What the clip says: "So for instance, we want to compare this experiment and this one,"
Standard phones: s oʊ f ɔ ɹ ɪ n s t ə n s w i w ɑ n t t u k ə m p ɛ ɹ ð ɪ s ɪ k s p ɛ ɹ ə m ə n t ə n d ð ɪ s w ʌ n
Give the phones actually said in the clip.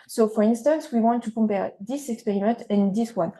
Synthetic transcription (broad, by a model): s oʊ f ɔ ɹ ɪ n s t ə n s w i w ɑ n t t u k ə m p ɛ ɹ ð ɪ s ɪ k s p ɛ ɹ ə m ə n t ə n d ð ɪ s w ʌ n